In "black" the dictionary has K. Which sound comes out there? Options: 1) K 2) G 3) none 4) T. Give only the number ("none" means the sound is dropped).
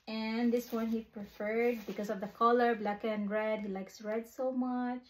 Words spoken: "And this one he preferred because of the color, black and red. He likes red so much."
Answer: 1